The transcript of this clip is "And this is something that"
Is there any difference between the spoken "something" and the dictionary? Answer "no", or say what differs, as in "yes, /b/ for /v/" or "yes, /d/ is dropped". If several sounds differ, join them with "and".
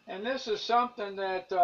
no